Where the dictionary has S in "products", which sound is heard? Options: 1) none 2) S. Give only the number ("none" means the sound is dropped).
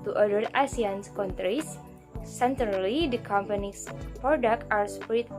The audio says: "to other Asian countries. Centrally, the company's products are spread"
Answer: 1